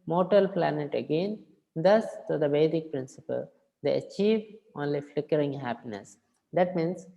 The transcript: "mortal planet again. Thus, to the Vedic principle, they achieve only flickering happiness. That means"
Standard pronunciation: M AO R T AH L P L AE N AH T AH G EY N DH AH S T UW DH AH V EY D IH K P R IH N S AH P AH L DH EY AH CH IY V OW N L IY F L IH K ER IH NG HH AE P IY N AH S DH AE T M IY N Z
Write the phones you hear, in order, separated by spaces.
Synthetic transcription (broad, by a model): M AO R T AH L P L AE N AH T AH G EY N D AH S T UW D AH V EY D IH K P R IH N S AH P AH L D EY AH CH IY V OW N L IY F L IH K ER IH NG HH AE P IY N AH S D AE T M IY N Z